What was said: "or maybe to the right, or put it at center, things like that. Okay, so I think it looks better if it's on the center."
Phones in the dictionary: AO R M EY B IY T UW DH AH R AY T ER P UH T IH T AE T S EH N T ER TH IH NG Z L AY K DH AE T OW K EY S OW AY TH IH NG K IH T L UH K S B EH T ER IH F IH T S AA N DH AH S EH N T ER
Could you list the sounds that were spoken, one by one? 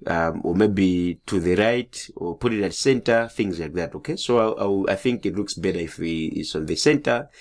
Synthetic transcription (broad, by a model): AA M M EY B IY T UW DH AH R AY T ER P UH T IH T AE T S EH N T ER TH IH NG Z L AY K DH AE T OW K EY S OW AY TH IH NG K IH T L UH K S B EH T ER IH F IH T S AA N DH AH S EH N T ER